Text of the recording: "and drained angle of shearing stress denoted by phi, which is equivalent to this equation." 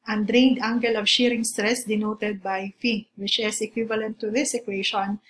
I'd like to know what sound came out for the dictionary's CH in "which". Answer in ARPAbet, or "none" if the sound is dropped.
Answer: CH